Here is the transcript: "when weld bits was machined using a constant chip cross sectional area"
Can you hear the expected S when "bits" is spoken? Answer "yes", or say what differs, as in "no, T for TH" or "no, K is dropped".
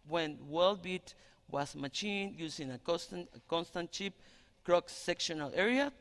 no, S is dropped